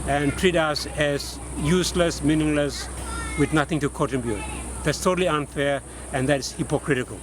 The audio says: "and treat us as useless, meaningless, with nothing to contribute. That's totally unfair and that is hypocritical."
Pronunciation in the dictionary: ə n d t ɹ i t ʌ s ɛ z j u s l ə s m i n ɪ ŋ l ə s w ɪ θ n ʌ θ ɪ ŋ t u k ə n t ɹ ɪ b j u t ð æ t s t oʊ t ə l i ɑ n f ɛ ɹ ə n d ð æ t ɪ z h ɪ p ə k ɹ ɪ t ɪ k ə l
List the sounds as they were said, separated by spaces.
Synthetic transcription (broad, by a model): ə n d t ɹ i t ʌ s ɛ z j u s l ə s m i n ɪ ŋ l ə s w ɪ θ n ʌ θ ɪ ŋ t u k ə t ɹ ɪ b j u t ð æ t s t oʊ t ə l i ɑ n f ɛ ɹ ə n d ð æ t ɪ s h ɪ p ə k ɹ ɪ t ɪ k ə l